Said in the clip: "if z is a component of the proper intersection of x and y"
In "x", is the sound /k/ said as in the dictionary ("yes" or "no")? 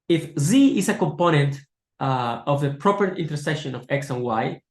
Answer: yes